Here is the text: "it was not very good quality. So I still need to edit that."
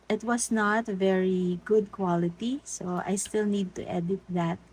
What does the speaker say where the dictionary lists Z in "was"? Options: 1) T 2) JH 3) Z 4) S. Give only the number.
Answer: 4